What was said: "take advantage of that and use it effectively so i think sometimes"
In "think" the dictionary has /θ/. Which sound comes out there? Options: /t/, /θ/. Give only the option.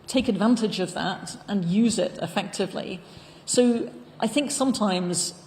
/θ/